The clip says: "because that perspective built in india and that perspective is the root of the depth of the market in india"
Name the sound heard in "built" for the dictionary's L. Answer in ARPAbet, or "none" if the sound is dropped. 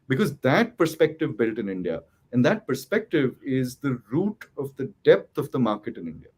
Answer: L